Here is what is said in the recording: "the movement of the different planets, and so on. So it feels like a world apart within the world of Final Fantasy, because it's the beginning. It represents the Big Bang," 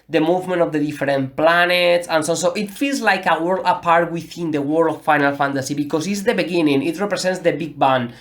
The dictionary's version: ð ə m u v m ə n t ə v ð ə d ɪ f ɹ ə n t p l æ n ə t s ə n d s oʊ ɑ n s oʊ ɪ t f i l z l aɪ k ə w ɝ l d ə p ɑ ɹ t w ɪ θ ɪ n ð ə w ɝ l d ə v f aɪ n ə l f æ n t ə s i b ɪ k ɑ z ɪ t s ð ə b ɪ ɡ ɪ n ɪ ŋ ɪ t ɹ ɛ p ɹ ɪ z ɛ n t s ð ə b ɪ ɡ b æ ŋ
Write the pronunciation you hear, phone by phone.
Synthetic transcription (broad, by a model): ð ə m u v m ə n t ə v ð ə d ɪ f ɹ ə n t p l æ n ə t s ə n s oʊ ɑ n s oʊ ɪ t f i l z l aɪ k ə w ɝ l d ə p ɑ ɹ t w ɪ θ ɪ n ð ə w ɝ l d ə f f aɪ n ə l f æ n t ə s i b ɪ k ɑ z ɪ t s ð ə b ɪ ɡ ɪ n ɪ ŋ ɪ t ɹ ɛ p ɹ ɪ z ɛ n t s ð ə b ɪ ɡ b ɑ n